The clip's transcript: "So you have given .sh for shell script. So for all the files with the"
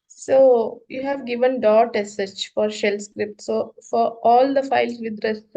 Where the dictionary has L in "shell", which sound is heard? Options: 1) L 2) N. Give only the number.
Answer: 1